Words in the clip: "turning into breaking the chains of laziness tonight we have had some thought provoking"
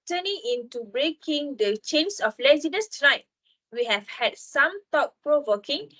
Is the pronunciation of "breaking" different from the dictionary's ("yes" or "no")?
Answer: no